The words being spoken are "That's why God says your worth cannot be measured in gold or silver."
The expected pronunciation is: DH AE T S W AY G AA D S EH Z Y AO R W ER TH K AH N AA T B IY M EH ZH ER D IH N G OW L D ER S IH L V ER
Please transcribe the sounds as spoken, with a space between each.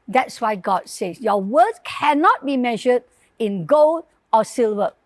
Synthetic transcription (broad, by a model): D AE T S W AY G AA D S EH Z Y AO W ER S K AH N AA T B IY M EH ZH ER D IH N G OW L D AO S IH L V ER